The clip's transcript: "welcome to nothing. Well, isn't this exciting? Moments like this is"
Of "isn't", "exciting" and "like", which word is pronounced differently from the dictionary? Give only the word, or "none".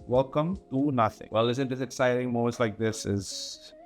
isn't